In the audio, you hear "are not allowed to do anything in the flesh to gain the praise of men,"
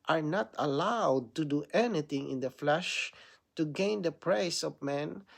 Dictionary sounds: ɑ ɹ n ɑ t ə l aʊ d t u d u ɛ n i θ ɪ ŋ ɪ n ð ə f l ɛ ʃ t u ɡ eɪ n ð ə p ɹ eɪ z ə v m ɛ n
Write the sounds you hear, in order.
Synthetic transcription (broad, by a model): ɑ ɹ n ɑ t ə l aʊ d t u d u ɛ n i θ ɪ ŋ ɪ n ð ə f l ɛ ʃ t u ɡ eɪ n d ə p ɹ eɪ s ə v m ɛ n